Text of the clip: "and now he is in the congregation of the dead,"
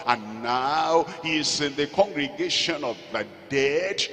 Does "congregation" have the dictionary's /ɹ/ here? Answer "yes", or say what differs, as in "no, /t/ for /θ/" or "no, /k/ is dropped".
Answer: yes